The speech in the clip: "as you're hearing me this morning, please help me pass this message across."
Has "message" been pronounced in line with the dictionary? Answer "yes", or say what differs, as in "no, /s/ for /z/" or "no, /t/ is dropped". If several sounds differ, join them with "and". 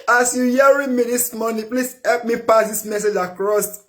yes